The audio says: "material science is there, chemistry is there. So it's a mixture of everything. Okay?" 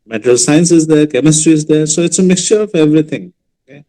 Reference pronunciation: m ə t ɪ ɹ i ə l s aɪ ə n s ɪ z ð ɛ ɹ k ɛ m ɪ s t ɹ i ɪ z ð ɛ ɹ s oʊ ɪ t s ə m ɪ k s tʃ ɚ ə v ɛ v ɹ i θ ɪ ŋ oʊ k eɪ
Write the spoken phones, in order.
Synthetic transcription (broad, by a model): m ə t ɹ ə l s aɪ ə n s ɪ z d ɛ ɹ k ɛ m ɪ s t ɹ i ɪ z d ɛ ɹ s oʊ ɪ t s ə m ɪ k s tʃ ɚ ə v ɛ v ɹ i t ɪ ŋ oʊ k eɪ